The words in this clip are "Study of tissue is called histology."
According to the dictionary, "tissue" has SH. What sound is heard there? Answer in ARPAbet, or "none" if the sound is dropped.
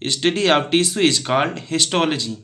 S